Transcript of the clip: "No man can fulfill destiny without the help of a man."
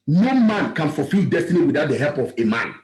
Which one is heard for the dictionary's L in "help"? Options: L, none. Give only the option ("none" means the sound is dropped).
L